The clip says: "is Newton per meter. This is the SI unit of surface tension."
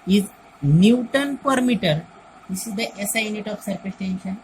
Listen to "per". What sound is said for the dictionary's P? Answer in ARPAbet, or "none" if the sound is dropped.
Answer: P